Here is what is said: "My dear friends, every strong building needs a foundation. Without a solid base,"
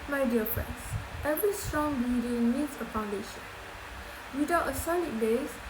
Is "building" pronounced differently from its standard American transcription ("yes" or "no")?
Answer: yes